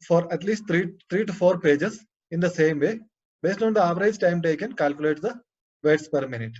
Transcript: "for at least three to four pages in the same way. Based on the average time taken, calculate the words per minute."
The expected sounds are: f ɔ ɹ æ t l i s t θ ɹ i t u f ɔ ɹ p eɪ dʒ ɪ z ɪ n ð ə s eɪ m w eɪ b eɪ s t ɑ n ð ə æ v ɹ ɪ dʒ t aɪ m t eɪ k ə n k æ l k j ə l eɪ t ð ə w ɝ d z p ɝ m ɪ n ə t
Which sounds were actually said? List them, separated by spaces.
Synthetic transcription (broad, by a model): f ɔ ɹ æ t l i s t t ɹ i t u f ɔ ɹ p eɪ dʒ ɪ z ɪ n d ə s eɪ m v eɪ b eɪ s t ɑ n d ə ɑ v ɹ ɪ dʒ t aɪ m t eɪ k ə n k æ l k j ə l eɪ t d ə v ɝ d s p ɝ m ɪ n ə t